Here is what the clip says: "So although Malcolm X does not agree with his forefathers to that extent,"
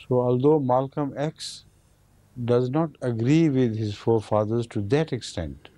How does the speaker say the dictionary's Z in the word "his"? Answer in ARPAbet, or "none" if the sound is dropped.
Z